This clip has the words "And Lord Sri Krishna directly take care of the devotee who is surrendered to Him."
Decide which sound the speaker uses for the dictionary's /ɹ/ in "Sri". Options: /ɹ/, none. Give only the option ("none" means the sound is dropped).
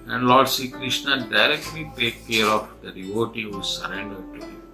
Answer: none